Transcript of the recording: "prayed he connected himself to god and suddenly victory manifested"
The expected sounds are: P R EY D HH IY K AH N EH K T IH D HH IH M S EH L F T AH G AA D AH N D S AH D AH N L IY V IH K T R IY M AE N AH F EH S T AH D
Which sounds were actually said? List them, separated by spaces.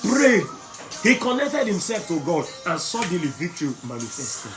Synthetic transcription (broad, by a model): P R EY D HH IY K AH N EH K T IH D HH IH M S EH L F T AH G AA D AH N S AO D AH L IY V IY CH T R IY M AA N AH F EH S T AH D